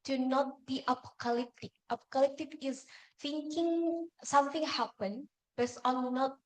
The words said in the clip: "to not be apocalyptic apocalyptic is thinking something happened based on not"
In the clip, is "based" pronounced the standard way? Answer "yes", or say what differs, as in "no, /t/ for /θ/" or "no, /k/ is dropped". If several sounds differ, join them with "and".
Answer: no, /t/ is dropped